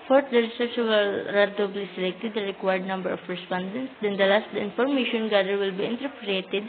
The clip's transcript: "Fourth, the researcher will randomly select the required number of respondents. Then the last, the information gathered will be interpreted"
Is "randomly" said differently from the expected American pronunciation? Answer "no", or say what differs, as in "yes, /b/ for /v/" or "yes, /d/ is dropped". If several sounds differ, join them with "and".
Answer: yes, /n/ is dropped